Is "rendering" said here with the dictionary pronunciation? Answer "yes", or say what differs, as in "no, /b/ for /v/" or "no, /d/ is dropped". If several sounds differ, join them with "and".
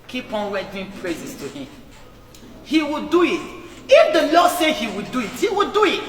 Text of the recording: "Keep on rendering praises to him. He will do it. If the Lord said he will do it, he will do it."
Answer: no, /n/ is dropped